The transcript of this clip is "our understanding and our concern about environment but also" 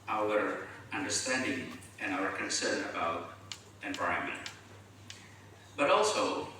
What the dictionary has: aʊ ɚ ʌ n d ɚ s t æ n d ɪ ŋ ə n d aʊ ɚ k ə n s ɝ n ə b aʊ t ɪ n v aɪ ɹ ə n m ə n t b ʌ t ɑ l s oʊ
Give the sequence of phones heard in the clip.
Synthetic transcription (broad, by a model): aʊ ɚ ʌ n d ɚ s t æ n d ɪ ŋ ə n aʊ ɚ k ə n s ɝ n ə b aʊ t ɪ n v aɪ ə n m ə n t b ʌ t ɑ l s oʊ